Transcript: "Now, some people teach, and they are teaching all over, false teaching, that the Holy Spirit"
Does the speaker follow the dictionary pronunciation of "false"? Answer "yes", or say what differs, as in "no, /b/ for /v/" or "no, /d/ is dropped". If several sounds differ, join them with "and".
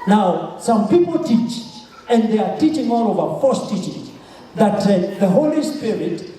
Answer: no, /l/ is dropped